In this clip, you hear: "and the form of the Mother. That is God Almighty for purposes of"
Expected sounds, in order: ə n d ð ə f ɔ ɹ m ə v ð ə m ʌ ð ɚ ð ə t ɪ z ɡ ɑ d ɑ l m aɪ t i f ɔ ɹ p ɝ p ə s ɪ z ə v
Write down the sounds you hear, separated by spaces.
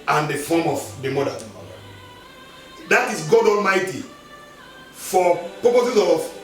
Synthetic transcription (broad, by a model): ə n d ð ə f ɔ m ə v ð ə m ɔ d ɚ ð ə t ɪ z ɡ ɑ d ɑ l m aɪ t i f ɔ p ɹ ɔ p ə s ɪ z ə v